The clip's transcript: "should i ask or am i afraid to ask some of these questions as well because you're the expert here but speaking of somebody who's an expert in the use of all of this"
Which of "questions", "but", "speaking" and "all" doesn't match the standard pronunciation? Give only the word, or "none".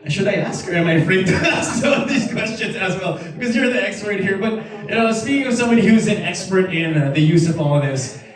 none